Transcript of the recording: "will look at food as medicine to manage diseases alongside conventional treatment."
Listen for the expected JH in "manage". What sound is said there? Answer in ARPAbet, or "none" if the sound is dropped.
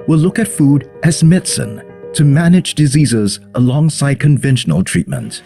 JH